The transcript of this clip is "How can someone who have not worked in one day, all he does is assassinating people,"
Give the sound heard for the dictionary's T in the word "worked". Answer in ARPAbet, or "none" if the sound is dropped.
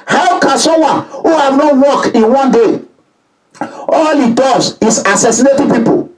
none